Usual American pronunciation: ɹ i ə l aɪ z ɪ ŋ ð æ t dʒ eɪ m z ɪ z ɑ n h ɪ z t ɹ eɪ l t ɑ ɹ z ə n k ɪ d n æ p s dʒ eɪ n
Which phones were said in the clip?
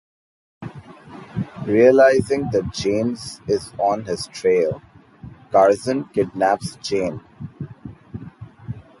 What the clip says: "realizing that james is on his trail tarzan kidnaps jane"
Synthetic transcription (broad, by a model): ɹ i ə l aɪ z ɪ ŋ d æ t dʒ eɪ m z ɪ z ɑ n h ɪ z t ɹ eɪ l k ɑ ɹ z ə n k ɪ d n æ p s tʃ eɪ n